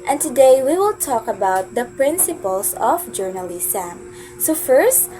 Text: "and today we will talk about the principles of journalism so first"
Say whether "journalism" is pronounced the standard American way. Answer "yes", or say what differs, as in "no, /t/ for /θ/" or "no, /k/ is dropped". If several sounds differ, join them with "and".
no, /s/ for /z/